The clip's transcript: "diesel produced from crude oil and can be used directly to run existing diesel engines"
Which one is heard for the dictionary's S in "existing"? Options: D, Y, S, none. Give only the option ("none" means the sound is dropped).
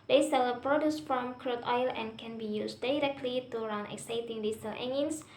none